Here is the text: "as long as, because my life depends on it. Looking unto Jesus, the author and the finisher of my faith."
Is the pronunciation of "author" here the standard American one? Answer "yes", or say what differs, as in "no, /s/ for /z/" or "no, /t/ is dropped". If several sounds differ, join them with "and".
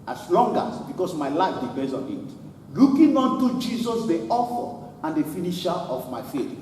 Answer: no, /f/ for /θ/